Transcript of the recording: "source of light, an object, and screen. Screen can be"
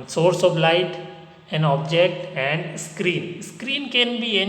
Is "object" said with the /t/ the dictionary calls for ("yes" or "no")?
yes